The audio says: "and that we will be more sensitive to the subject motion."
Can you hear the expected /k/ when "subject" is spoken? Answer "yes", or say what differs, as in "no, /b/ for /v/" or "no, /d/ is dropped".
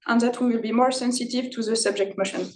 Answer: yes